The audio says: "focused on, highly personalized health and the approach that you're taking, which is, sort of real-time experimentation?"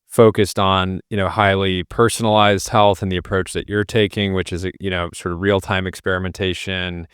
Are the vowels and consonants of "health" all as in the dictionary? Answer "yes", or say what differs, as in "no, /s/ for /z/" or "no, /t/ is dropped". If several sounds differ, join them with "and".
yes